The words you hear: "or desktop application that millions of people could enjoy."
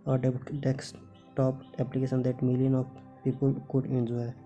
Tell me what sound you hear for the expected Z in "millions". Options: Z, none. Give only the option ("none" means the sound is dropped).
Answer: none